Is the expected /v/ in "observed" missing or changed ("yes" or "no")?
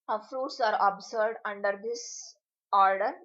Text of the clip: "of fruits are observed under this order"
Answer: yes